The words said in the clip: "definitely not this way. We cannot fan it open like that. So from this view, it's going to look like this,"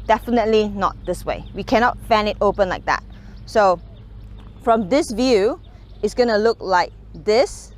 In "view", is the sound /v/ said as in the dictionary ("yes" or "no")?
yes